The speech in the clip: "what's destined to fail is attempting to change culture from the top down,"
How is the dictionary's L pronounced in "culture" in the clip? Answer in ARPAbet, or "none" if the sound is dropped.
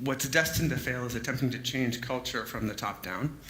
L